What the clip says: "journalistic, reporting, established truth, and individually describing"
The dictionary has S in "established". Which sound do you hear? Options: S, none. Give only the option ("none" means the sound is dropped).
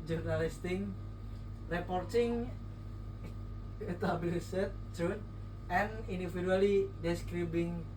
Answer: none